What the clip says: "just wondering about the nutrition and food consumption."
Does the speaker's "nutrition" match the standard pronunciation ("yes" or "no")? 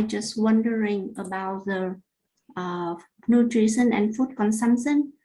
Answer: no